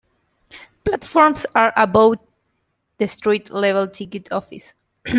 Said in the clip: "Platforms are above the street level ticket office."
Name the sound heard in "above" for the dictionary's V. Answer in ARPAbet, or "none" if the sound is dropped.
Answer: W